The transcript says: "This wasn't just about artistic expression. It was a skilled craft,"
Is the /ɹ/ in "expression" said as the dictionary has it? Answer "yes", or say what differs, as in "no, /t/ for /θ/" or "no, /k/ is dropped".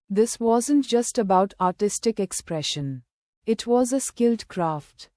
yes